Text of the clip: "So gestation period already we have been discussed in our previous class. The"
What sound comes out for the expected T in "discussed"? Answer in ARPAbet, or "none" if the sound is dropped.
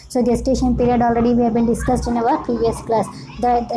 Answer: T